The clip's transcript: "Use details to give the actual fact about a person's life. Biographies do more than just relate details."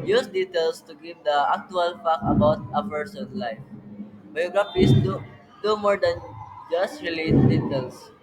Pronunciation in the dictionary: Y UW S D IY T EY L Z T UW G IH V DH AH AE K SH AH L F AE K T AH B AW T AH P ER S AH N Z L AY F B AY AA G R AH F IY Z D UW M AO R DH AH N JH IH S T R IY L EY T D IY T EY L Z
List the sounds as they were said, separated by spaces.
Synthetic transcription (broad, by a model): Y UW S D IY T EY L S T UW G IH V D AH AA K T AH L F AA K AH B AW T AH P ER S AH N L AY F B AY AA G R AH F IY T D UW M AO R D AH N JH IH S T R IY L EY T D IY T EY L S